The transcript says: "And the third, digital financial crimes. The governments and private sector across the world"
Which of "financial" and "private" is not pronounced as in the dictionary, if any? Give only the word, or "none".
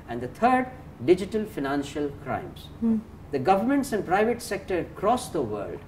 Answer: none